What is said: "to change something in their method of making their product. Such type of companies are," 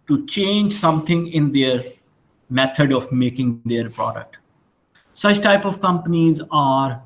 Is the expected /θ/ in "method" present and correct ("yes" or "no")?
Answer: no